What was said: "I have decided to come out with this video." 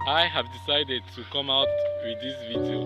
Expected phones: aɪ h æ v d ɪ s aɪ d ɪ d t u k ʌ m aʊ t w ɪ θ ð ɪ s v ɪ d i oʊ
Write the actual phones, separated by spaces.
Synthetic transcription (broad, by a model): aɪ h æ v d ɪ s aɪ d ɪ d t u k ʌ m aʊ t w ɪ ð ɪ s v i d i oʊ